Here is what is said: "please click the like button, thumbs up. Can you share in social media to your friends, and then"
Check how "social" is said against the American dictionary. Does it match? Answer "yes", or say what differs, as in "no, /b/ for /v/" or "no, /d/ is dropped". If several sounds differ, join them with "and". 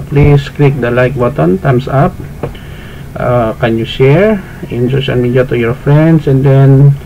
no, /n/ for /l/